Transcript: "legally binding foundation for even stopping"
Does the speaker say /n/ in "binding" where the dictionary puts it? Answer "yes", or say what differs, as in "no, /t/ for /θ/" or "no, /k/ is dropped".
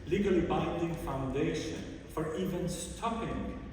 yes